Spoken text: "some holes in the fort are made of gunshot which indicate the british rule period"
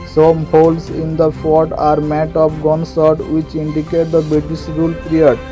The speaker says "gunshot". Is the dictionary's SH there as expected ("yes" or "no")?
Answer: no